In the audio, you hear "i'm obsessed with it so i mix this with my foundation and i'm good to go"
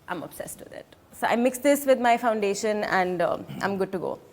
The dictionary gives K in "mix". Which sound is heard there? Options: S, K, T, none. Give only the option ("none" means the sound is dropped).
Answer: K